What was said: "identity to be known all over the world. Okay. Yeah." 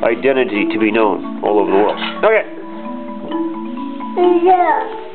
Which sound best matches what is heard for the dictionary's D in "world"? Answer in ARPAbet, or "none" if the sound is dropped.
none